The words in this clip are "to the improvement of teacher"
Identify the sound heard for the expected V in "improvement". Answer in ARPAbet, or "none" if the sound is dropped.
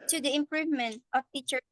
V